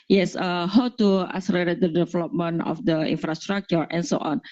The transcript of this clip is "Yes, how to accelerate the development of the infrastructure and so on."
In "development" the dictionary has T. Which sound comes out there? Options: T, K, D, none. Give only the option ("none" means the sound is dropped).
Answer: none